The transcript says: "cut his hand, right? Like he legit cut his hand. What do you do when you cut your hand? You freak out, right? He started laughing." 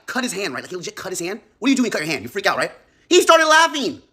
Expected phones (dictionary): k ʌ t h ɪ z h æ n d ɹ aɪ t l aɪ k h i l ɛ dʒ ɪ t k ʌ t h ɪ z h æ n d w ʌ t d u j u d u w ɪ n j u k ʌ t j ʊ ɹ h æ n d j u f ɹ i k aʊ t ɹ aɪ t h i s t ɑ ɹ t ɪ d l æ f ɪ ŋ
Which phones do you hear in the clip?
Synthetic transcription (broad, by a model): k ʌ t h ɪ z h æ n d ɹ aɪ t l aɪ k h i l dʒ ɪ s k ʌ t h ɪ z h æ n d w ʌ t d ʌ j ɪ d u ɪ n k ʌ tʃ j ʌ ɹ h æ n d j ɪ f ɹ i k aʊ t ɹ aɪ t h i s t ɑ ɹ t ɪ d l æ f ɪ ŋ